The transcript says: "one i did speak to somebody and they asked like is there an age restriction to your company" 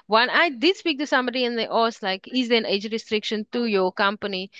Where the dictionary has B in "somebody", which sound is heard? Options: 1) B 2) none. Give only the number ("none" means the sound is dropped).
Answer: 1